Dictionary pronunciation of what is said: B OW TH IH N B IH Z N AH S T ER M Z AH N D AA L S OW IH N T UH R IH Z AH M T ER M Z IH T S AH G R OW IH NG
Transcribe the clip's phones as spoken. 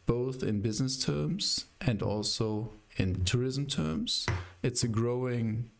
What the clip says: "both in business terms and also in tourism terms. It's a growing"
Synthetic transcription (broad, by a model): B OW TH IH N B IH Z N AH S T ER M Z AH N D AA L S OW IH N T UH R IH Z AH M T ER M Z IH T S AH G R OW IH NG